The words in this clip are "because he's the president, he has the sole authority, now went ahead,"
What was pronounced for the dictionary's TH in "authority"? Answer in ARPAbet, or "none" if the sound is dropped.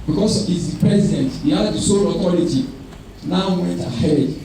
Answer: T